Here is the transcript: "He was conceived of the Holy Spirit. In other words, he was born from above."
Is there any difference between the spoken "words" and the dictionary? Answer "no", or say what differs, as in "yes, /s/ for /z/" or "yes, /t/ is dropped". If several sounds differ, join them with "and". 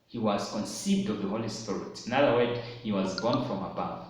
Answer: yes, /z/ is dropped